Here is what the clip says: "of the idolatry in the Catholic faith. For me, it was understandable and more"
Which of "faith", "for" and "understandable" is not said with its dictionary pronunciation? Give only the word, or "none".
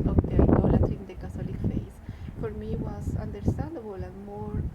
faith